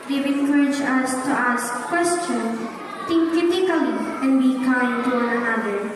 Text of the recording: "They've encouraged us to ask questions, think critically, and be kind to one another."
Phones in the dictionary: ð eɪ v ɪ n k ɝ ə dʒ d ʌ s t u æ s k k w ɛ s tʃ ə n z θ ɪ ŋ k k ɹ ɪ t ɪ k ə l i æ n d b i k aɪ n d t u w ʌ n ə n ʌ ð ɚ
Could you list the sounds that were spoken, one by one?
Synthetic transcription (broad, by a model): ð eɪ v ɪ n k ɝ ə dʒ ʌ s t u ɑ s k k w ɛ s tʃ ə n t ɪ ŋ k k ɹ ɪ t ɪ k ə l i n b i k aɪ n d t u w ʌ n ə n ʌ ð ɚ